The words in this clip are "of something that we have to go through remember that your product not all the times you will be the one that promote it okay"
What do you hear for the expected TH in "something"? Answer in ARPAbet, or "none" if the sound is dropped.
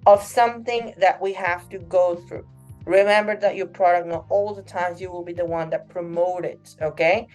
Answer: TH